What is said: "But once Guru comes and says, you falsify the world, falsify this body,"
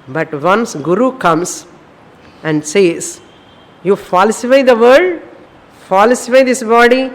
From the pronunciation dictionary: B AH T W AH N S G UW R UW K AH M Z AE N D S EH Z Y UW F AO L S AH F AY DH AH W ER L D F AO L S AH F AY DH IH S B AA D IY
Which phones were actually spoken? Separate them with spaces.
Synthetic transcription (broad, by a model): B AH T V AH N S G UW R UW K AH M S AE N D S EH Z Y UW F AO L S AH F AY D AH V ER D F AO L S AH F AY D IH S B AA D IY